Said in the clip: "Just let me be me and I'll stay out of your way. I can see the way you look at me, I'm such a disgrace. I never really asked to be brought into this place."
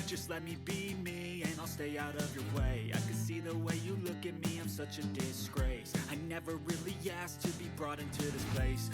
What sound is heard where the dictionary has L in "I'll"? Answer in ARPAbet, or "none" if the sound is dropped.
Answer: L